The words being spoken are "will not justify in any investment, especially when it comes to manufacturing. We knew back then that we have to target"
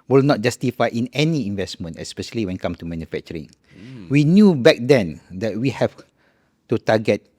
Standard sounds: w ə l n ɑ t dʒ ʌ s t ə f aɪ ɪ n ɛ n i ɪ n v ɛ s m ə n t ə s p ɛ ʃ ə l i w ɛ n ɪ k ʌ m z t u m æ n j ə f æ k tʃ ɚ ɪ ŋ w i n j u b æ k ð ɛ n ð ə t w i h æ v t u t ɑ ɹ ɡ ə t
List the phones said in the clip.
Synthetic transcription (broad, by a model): w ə l n ɑ t dʒ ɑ s t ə f aɪ ɪ n ɛ n i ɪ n v ɛ s m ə n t ə s p ɛ ʃ ə l i w ɛ n k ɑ m t u m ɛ n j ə f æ k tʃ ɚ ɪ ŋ w i n j u b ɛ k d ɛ n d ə t w i h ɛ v t u t ɑ ɡ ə t